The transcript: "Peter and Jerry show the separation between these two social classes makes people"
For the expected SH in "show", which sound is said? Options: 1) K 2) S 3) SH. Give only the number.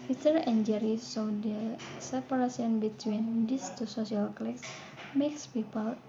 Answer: 2